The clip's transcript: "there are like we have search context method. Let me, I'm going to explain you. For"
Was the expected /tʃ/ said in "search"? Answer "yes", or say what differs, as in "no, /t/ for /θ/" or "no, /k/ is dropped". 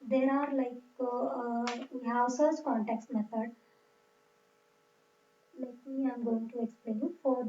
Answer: no, /s/ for /tʃ/